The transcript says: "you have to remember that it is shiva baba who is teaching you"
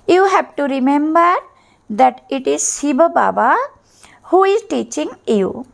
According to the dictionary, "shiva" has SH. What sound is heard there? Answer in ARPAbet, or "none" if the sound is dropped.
S